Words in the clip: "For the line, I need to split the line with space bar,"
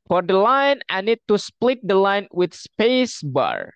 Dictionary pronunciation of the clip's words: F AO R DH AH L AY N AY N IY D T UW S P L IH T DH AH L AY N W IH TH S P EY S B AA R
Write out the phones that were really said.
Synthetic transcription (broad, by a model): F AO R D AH L AY N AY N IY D T UW S P L IH T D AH L AY N W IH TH S P EY S B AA R